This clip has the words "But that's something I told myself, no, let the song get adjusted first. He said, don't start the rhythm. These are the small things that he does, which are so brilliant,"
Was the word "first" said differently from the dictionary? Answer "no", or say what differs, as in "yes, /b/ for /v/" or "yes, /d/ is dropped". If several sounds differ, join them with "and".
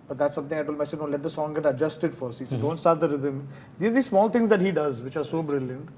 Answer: yes, /s/ is dropped